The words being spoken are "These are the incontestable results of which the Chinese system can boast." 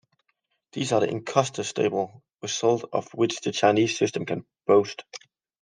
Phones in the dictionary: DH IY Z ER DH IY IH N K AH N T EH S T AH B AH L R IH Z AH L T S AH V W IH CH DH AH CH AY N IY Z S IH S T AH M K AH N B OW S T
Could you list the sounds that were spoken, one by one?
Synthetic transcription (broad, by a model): DH IY Z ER DH IY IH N K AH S T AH S T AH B AH L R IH S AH L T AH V W IH CH DH AH CH AY N IY Z S IH S T AH M K AH N B OW S T